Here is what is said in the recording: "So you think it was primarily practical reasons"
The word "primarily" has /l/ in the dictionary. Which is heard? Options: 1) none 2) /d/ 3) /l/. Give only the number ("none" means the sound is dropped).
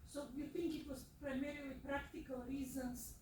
1